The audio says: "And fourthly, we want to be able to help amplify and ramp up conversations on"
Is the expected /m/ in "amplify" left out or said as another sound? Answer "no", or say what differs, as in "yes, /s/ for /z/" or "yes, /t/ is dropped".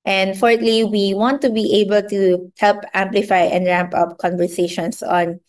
no